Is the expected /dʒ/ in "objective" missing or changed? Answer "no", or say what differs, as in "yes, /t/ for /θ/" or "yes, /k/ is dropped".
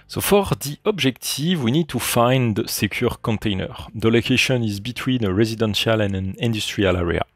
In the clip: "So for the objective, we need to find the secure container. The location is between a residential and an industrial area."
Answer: yes, /ʒ/ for /dʒ/